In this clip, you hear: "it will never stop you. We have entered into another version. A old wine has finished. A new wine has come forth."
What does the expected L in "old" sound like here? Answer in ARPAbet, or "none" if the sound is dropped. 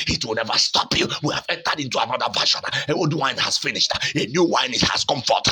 W